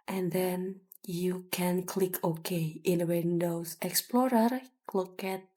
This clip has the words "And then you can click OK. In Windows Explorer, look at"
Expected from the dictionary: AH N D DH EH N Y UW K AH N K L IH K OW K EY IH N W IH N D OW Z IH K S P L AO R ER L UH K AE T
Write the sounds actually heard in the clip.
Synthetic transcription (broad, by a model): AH N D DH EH N Y UW K AH N K L IH K OW K EY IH N W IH N D OW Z IH K S P L AO R ER L UH K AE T